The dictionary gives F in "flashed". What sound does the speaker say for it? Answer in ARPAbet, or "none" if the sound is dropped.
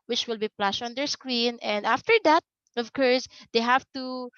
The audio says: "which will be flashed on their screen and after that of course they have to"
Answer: P